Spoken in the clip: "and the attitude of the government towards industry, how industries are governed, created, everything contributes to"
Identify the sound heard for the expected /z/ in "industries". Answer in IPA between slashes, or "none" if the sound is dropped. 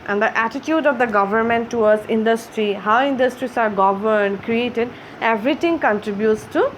/s/